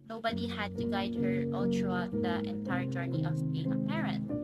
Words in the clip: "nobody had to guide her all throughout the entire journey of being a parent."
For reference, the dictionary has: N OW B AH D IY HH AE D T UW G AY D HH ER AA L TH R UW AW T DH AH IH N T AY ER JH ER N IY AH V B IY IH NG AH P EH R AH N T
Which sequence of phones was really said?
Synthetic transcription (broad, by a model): N OW B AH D IY HH AE D T UW G AY D HH ER AA L T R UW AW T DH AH IH N T AY ER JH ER N IY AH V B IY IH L AH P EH R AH N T